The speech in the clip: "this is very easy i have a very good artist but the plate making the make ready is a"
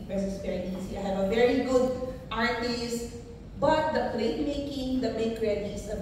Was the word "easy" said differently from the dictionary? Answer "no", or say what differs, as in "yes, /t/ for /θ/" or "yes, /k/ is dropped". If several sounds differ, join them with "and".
yes, /s/ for /z/